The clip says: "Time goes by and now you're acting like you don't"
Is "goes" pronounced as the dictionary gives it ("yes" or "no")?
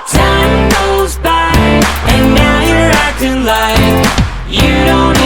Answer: yes